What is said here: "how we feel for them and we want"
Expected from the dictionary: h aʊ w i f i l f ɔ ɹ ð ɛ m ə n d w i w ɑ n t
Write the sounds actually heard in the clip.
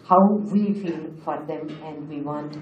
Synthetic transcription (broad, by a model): h aʊ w i f i l f ɔ ɹ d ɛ m ə n d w i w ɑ n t